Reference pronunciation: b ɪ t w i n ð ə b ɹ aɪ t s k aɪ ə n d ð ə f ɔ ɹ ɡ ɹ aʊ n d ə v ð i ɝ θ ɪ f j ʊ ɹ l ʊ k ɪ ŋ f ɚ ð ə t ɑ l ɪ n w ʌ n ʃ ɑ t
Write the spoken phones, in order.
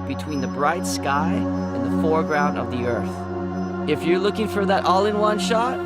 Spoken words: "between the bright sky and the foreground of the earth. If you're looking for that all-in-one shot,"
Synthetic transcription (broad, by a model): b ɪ t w i n ð ə b ɹ aɪ t s k aɪ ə n ð ə f ɔ ɹ ɡ ɹ aʊ n d ə v ð i ɝ θ ɪ f j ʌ ɹ l ʊ k ɪ ŋ f ɚ ð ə t ɑ l ɪ n w ʌ n ʃ ɑ t